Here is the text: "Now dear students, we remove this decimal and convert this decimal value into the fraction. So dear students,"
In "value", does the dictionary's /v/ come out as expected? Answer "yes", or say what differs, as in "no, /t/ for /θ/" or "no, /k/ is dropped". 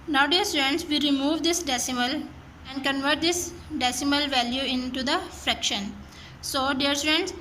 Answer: yes